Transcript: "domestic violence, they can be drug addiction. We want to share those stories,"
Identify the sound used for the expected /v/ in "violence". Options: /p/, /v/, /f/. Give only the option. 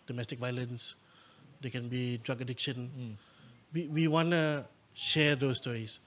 /v/